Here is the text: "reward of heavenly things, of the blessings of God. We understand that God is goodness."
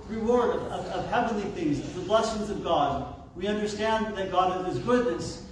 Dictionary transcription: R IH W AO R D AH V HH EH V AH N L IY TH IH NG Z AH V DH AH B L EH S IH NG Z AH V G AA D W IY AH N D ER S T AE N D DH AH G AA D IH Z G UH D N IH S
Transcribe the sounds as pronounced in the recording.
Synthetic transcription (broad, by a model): R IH W AO R D AH V HH EH V AH N L IY TH IH NG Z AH DH AH B L EH S IH NG Z AH V G AA D W IY AH N D ER S T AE N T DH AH G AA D IH Z G UH D N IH S